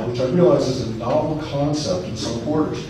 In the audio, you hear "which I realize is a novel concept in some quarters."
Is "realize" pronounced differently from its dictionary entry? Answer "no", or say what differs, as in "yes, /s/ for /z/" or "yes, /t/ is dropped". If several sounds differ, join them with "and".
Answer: no